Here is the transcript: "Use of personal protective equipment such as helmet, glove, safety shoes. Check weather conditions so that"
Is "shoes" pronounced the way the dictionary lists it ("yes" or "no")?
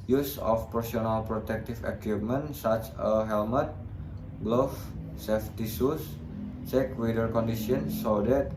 no